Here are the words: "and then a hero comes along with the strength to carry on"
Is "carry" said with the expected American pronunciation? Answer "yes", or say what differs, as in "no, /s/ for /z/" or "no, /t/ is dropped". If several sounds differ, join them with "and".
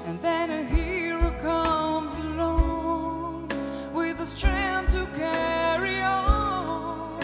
yes